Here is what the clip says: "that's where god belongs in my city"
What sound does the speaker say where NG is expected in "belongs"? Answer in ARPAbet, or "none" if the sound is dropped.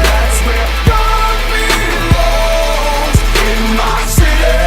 none